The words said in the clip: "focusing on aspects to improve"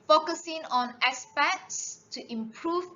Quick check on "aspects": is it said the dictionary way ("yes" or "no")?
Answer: no